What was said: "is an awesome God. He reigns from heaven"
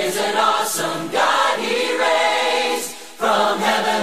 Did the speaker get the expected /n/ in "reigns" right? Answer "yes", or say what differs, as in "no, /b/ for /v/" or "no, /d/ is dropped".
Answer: no, /n/ is dropped